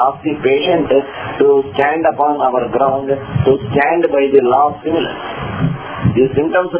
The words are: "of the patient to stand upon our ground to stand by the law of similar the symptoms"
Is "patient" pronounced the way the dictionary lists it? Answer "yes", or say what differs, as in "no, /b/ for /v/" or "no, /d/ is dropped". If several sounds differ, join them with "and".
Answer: yes